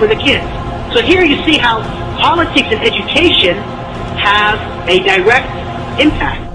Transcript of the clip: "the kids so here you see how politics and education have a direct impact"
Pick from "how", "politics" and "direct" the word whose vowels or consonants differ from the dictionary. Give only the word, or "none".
none